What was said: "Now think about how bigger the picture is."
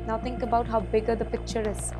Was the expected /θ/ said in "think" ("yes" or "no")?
no